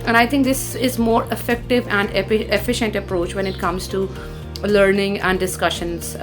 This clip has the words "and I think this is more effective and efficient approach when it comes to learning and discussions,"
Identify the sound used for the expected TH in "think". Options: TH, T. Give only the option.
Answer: T